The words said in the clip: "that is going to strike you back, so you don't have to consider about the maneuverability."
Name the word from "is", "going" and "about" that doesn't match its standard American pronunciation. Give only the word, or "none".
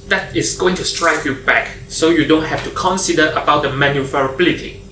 is